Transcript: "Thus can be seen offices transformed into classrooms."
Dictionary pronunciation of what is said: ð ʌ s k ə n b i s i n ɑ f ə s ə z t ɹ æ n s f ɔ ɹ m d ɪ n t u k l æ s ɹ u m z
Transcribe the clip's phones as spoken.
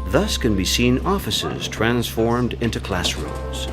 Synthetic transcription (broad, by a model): ð ʌ s k ə n b i s i n ɑ f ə s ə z t ɹ æ n s f ɔ ɹ m d ɪ n t u k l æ s ɹ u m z